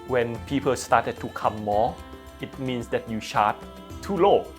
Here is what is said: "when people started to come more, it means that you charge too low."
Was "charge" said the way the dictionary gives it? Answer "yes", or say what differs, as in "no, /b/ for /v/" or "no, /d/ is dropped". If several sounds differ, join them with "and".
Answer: no, /ʃ/ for /tʃ/